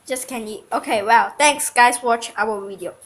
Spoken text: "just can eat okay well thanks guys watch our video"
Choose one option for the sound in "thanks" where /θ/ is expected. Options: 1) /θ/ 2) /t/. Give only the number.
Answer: 2